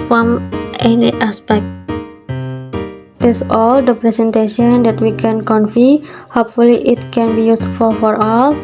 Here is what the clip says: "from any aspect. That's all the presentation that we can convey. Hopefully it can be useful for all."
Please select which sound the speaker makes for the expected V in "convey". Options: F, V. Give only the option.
F